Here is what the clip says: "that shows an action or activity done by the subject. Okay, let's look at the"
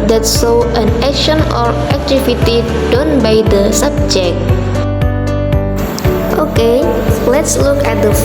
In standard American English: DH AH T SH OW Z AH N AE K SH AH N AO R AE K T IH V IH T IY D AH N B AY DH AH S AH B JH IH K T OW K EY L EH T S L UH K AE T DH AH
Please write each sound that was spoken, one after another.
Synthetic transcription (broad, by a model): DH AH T S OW AH N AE K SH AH N AO R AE K T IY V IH T IY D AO N B AY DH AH S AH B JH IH K T OW K EY L EH T S L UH K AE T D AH